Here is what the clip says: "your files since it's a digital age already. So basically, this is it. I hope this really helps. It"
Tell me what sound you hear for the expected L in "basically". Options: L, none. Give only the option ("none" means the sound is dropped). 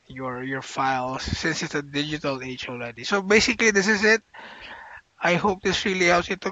L